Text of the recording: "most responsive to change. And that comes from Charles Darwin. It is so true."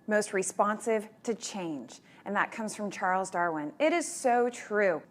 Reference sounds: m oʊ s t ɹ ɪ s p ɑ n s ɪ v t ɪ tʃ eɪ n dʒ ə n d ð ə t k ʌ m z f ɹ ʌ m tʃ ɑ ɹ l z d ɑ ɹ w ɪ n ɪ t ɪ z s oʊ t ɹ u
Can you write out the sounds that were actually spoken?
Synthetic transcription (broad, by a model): m oʊ s t ɹ ɪ s p ɑ n s ɪ v t ɪ tʃ eɪ n dʒ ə n ð ə t k ʌ m z f ɹ ʌ m tʃ ɑ ɹ l z d ɑ ɹ w ɪ n ɪ t ɪ z s oʊ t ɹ u